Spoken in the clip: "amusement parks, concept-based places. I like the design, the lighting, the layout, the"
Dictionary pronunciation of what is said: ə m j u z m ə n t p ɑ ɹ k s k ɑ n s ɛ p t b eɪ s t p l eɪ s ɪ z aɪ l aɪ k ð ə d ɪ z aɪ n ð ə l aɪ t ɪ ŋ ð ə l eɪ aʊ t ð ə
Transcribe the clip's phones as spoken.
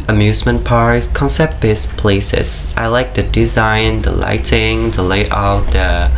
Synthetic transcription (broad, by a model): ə m j u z m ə n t p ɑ ɹ s k ɑ n s ɛ p t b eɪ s p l eɪ s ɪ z aɪ l aɪ k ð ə d ɪ z aɪ n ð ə l aɪ t ɪ ŋ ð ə l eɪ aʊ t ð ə